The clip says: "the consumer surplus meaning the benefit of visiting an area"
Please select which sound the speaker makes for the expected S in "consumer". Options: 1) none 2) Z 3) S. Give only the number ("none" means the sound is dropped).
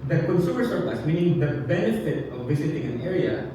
3